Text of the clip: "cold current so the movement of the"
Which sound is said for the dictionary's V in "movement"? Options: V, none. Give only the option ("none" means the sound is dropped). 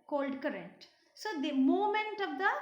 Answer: none